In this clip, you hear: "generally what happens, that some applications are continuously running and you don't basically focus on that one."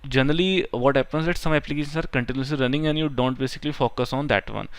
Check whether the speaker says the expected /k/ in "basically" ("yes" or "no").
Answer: yes